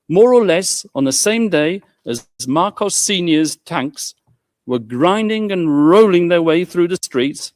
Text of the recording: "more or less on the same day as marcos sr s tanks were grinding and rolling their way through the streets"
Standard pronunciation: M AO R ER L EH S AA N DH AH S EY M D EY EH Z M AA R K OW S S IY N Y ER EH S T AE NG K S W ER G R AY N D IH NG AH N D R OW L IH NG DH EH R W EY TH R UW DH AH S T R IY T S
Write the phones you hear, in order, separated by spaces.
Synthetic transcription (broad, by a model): M AO R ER L EH S N DH AH S EY M D EY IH Z M AA R K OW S S IY N Y ER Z T AE NG K S W ER G R AY N D IH NG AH N R OW L IH NG DH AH R W EY TH R UW DH AH S T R IY T S